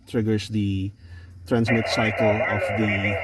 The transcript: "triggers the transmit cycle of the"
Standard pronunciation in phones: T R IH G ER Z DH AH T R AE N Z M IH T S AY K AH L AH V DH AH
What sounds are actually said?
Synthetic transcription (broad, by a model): T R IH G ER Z DH AH T R AE N Z M IH T S AY K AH L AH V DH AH